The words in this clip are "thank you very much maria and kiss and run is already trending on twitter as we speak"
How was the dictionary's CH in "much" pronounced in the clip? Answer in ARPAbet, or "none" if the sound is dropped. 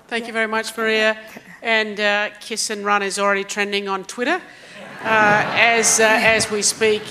CH